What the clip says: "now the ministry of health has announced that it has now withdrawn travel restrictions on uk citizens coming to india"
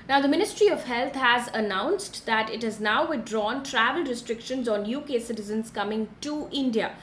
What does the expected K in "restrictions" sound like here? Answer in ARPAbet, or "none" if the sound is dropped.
K